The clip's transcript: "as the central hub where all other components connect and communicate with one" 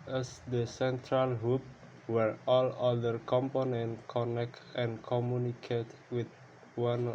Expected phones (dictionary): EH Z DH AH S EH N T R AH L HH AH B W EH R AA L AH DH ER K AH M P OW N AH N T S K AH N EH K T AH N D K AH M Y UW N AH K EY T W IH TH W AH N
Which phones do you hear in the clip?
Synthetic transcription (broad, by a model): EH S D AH S EH N T R AH L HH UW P W EH R AA L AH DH ER K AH M P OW N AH N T K AH N EH K T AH N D K AH M Y UW N AH K EY T W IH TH W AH N